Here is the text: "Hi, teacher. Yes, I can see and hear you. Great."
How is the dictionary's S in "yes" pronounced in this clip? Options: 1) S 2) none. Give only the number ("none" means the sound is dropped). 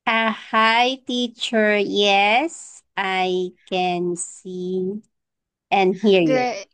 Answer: 1